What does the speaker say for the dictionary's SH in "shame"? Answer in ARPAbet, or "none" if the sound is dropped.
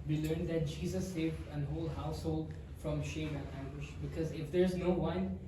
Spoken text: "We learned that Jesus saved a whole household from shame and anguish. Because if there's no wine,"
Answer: SH